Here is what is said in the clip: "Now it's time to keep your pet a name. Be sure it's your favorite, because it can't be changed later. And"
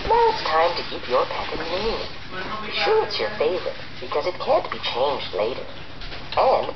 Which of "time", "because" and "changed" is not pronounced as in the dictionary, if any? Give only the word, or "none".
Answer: none